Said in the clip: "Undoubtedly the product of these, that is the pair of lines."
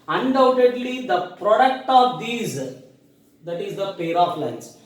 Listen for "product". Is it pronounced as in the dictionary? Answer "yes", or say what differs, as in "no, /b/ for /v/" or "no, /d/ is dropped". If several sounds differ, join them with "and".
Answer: yes